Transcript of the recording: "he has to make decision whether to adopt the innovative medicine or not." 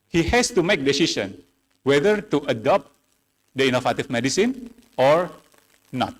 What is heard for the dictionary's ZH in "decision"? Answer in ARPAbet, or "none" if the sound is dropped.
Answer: SH